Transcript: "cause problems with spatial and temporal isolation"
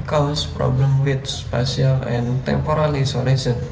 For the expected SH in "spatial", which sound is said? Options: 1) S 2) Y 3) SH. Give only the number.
1